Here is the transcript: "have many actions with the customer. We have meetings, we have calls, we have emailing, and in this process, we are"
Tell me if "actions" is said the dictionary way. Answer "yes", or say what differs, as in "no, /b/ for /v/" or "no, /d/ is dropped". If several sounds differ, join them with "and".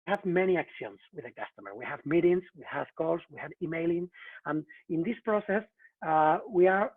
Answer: no, /s/ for /z/